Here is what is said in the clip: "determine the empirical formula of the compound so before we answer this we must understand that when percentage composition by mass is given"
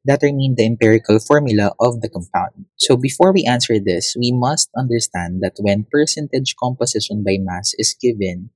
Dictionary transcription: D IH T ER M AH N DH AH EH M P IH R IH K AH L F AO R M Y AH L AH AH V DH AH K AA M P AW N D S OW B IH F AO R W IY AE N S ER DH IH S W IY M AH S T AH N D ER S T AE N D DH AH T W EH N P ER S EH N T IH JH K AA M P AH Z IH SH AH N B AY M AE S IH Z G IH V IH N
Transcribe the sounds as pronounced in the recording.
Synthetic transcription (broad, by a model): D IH T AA M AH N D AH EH M P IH R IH K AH L F AO R M Y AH L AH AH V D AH K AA M P AW N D S OW B IH F AO R W IY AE N S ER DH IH S W IY M AH S T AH N D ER S T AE N D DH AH T W EH N P ER S EH N T IH JH K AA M P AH S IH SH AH N B AY M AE S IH S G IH V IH N